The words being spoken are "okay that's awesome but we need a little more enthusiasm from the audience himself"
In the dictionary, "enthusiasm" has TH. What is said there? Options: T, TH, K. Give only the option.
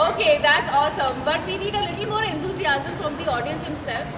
T